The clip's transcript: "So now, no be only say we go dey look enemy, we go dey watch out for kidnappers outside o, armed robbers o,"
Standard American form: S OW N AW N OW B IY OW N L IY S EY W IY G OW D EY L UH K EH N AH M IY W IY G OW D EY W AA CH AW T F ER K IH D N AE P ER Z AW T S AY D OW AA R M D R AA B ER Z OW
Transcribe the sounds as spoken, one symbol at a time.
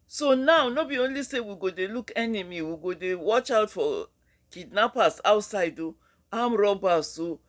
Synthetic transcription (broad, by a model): S OW N AW N OW B IY OW N L IY S EY W IY G OW D EY L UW K EH N AH M IY W IY G OW D EY W AA CH AW T F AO K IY D N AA P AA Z AW T S AY D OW AA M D R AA B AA S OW